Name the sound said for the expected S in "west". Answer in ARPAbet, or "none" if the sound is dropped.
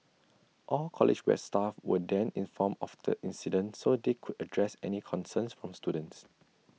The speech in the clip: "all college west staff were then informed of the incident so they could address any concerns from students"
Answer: none